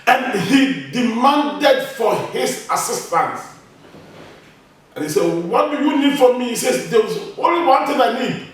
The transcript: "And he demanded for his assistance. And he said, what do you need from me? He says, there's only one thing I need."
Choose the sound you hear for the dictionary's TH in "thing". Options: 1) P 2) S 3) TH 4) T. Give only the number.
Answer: 4